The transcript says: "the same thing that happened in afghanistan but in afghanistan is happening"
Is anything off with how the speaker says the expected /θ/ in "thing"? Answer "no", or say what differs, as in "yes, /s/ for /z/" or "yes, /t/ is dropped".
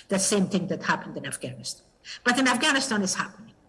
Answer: no